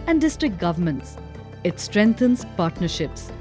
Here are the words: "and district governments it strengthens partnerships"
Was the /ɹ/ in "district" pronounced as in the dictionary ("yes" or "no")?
yes